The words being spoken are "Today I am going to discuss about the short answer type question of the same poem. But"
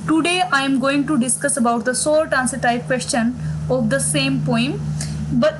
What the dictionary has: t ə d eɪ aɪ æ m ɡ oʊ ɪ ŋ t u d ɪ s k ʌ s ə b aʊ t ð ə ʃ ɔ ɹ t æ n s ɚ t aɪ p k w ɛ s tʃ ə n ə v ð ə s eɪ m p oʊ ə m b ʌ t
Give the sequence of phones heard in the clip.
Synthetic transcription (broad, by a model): t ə d eɪ aɪ m ɡ oʊ ɪ ŋ t u d ɪ s k ʌ s ə b aʊ t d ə s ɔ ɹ t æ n s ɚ t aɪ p k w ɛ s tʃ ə n ə v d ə s eɪ m p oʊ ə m b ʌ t